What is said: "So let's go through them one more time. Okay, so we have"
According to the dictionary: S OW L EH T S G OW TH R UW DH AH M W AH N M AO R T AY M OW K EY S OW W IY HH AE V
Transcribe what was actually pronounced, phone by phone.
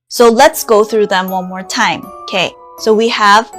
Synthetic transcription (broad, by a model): S OW L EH T S G OW TH R UW DH AH M W AH N M AO R T AY M OW K EY S OW W IY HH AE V